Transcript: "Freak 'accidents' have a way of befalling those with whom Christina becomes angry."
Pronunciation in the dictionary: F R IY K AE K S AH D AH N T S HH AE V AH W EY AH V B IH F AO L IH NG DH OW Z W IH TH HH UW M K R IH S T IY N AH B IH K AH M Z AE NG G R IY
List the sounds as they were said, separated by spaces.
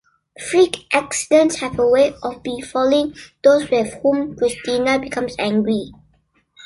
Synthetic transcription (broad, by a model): F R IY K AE K S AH D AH N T S HH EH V AH W EY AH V B IH F AO L IH NG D OW S W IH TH HH UW M K R IH S T IY N AH B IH K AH M S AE NG G R IY